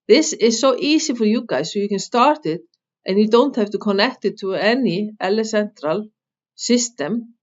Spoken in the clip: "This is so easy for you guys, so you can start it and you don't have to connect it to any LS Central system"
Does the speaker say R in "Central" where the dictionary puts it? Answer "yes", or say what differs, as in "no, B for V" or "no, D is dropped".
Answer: yes